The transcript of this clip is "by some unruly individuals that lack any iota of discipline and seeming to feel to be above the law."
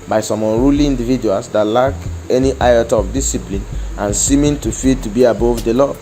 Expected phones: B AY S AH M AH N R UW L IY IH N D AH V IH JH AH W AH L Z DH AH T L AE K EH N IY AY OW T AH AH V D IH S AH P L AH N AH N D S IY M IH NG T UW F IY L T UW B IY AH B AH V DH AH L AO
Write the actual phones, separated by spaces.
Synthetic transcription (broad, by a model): B AY S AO M AH N R UW L IY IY N D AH V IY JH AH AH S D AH T L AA K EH N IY AY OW T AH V D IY S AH P L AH N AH N S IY M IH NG T UW F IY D T UW B IY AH B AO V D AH L AO